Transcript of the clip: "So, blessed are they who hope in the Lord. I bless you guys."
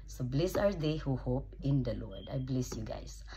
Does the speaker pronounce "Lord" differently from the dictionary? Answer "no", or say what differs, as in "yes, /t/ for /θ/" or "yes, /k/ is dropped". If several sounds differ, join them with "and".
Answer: no